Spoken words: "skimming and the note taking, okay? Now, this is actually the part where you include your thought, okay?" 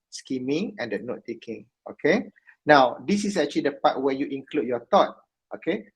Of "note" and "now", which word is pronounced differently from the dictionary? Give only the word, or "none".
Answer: none